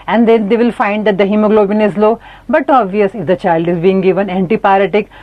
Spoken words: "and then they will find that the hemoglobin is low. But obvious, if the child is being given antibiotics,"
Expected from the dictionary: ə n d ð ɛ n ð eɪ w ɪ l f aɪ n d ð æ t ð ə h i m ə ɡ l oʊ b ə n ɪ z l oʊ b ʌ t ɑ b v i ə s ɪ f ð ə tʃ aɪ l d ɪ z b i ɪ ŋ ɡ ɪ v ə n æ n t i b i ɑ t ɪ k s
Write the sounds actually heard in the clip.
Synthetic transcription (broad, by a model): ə n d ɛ n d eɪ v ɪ l f aɪ n d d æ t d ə h i m ə ɡ l oʊ b ə n ɪ z l oʊ b ʌ t ɑ b v i ə s ɪ f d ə tʃ aɪ l d ɪ z b i ɪ ŋ ɡ ɪ v ə n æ n t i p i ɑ t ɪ k